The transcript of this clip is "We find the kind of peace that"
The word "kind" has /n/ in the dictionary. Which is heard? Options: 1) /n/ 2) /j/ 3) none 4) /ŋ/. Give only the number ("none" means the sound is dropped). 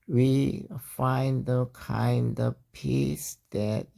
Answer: 1